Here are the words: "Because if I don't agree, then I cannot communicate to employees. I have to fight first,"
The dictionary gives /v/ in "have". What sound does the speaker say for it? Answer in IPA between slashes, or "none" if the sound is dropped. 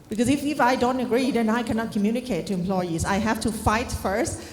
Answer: /f/